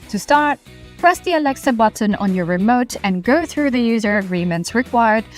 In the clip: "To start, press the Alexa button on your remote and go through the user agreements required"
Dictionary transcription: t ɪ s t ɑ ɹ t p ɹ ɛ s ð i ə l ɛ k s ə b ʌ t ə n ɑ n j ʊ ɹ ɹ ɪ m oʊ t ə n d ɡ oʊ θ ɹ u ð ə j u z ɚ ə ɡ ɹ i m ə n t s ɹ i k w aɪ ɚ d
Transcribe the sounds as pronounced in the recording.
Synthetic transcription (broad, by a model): t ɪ s t ɑ ɹ t p ɹ ɛ s ð i ə l ɛ k s ə b ʌ t ə n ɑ n j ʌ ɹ ɹ ɪ m oʊ t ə n ɡ oʊ θ ɹ u ð ə j u z ɚ ə ɡ ɹ i m ə n t s ɹ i k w aɪ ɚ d